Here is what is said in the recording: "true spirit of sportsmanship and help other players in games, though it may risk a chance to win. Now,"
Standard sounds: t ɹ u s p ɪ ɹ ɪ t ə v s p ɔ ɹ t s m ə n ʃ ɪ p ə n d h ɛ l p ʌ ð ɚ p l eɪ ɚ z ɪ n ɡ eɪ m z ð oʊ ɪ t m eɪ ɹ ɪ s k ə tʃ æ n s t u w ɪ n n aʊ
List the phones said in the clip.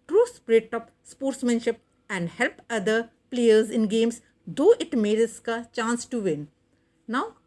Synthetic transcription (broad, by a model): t ɹ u s p ɹ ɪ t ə p s p ɔ ɹ t s m ə n ʃ ɪ p ə n d h ɛ l p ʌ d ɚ p l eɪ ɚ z ɪ n ɡ eɪ m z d oʊ ɪ t m eɪ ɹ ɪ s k ə tʃ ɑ n s t u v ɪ n n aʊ